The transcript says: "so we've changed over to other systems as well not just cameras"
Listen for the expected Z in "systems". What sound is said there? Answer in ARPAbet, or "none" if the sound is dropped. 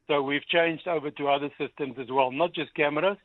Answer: Z